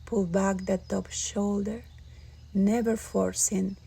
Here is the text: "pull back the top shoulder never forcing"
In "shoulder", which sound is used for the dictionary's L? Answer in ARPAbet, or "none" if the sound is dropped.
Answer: L